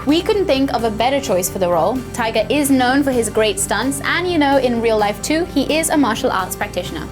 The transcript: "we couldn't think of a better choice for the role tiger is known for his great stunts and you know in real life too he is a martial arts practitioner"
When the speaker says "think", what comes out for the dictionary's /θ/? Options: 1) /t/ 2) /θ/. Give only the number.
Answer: 2